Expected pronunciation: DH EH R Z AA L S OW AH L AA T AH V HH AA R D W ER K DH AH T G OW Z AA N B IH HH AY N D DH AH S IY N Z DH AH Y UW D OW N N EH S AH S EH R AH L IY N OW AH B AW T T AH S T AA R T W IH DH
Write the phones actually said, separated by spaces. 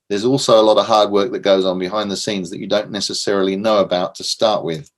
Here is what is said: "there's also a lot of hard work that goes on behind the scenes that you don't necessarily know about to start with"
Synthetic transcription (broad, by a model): DH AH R Z AA L S OW AH L AA T AH V HH AA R D W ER K DH AH T G OW Z N B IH HH AY N DH AH S IY N Z DH AH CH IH D OW N N EH S AH S EH R AH L IY N OW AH B AW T T AH S T AA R T W IH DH